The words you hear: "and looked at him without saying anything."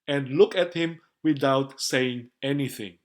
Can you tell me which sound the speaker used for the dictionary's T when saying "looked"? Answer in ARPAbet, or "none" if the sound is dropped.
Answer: none